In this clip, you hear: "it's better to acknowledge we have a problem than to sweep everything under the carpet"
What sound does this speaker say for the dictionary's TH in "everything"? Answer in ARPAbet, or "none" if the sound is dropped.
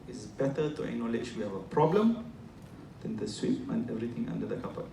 T